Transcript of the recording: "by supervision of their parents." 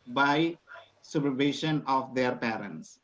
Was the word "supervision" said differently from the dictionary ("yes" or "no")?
yes